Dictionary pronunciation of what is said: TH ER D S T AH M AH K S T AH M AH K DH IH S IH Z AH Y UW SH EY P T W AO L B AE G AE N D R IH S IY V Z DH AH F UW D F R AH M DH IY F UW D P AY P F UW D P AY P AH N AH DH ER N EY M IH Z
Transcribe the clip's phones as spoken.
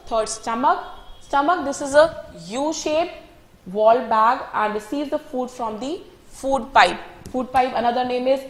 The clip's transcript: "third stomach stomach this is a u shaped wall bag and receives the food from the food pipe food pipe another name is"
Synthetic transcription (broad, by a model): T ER D S T AH M AH K S T AH M AH K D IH S IH Z AH Y UW SH EY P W AO L B AE G AE N D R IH S IY Z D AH F UW D F R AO M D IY F UW D P AY P F UW D P AY P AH N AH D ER N EY M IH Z